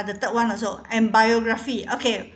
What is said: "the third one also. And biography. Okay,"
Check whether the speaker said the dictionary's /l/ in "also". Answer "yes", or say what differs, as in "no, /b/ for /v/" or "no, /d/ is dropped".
no, /l/ is dropped